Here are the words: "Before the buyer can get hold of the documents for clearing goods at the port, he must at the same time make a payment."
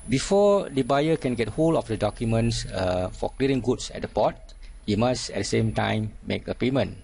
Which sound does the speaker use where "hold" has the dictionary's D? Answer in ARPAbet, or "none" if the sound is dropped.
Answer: none